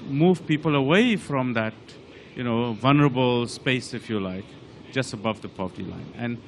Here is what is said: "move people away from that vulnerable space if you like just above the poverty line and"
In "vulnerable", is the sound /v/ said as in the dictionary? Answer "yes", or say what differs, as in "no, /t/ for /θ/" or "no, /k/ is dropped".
yes